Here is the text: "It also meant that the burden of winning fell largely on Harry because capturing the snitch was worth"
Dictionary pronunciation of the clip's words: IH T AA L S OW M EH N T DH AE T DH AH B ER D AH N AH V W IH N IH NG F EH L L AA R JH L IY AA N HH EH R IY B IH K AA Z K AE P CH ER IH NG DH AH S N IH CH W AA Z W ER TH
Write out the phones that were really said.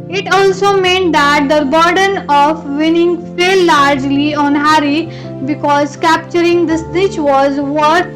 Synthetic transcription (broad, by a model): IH T AA L S OW M EH N T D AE T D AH B ER D AH N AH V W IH N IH NG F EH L L AA R JH L IY AA N HH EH R IY B IH K AA Z K AE P CH ER IH NG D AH S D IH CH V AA Z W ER